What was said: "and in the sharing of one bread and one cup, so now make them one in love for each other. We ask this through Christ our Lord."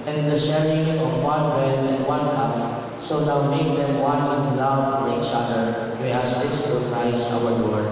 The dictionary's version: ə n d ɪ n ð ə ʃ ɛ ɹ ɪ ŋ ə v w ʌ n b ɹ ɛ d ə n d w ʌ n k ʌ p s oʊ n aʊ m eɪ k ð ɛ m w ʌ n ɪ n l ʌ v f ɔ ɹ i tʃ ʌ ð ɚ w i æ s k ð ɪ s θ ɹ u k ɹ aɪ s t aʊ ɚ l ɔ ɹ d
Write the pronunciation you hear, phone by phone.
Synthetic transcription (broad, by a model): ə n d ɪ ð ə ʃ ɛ ɹ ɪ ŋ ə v w ʌ n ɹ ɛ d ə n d w ʌ n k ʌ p s oʊ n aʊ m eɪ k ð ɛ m w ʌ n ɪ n l ʌ v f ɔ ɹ i tʃ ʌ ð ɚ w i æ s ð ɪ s t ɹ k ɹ aɪ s aʊ ɚ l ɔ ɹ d